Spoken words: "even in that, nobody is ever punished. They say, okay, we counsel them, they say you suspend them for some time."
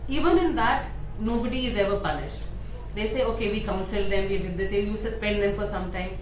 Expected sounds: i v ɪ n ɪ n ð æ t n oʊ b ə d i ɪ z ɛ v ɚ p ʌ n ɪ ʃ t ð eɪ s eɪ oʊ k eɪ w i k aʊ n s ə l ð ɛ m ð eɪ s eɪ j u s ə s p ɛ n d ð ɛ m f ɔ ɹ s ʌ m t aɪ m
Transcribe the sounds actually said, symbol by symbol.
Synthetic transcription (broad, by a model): i v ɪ n ɪ n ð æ t n oʊ b ə d i ɪ z ɛ v ɚ p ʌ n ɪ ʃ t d eɪ s eɪ oʊ k eɪ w i k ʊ n s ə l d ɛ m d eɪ s eɪ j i s ə s p ɛ n d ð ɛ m f ɔ ɹ s ʌ m t aɪ m